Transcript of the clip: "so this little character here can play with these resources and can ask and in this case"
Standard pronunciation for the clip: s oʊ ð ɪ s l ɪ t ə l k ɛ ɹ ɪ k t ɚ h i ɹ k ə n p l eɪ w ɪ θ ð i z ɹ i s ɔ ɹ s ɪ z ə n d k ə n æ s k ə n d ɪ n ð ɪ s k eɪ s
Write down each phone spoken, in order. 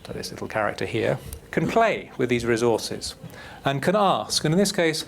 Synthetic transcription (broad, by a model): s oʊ ð ɪ s l ɪ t l k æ ɹ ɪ k t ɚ h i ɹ k ə n p l eɪ w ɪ ð i z ɹ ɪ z ɔ ɹ s ɪ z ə n k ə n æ s k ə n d ɪ n ð ɪ s k eɪ s